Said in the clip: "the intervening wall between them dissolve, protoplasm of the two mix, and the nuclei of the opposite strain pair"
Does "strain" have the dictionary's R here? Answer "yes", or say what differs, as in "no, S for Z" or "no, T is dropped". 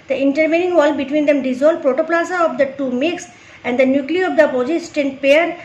no, R is dropped